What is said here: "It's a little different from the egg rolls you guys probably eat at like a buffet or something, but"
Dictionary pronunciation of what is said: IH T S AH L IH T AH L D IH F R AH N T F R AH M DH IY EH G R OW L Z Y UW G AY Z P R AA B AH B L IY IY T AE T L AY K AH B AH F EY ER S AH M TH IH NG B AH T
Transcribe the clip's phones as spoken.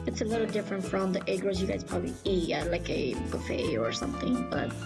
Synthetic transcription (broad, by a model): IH T S AH L IH T L D IH F R AH N T F R AH M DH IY EH G R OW Z Y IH G AY Z P R AA B AH B L IY IY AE L AY K AH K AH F EY ER S AH M TH IH NG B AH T